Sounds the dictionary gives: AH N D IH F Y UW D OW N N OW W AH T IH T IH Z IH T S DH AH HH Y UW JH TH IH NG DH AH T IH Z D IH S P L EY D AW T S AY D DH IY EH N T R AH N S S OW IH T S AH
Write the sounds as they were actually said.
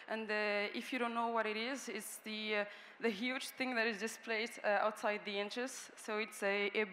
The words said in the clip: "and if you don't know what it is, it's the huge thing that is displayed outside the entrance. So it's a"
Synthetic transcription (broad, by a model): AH N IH IH F Y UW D OW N N OW W AH T IH T IH Z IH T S DH AH HH Y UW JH TH IH NG DH AH T IH Z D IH S P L EY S AW T S AY D DH IY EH N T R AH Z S S OW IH T S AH